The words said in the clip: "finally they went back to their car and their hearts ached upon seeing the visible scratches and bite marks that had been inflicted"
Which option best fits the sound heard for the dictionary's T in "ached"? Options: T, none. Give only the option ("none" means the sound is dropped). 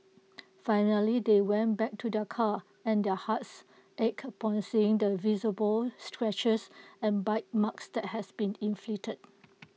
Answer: none